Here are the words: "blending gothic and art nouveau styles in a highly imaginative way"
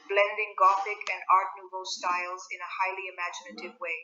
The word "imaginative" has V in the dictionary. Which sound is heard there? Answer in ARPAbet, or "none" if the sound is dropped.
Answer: V